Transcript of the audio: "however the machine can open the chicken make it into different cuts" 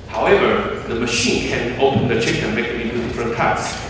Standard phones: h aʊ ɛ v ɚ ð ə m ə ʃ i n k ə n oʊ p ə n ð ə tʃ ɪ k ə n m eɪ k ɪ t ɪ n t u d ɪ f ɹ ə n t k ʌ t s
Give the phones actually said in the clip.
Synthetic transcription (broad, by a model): h aʊ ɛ v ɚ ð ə m ə ʃ i n k ə n oʊ p ə n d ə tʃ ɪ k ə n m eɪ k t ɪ t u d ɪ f ɹ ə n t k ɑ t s